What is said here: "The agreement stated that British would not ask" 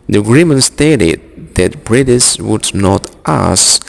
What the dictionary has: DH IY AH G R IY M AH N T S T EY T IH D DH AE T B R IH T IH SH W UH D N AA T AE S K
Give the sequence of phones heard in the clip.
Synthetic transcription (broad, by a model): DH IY AH G R IY M AH N T S T EY T IH D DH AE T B R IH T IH S W UH D N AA T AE S